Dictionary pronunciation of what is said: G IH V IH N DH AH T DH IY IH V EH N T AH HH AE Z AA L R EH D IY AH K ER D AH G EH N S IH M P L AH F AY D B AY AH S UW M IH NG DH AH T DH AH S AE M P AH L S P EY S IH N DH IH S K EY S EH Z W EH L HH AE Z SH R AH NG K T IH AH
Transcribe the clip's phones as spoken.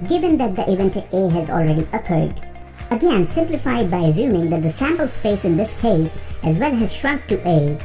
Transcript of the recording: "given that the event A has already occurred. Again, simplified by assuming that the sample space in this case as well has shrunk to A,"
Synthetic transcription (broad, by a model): G IH V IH N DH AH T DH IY IH V EH N T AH HH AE Z AA L R EH D IY AH K ER D AH G EH N S IH M P L AH F AY D B AY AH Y UW M IH NG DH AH T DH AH S AE M P AH L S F EY S IH N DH IH S K EY S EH Z W EH L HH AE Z SH R AH NG K T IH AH